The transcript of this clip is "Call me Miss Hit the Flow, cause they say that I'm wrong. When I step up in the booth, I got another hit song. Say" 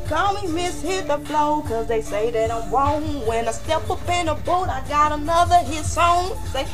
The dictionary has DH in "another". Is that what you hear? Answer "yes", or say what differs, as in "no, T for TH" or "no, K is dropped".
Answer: yes